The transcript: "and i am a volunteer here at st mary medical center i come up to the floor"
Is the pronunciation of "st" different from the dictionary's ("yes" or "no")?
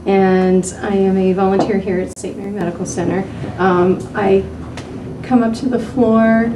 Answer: yes